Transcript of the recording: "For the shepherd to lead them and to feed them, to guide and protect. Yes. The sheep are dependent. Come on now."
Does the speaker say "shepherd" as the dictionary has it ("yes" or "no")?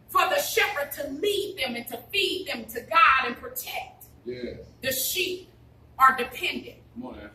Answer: yes